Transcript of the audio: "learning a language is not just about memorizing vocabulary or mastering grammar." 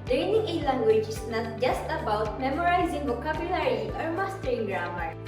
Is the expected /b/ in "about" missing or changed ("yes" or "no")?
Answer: no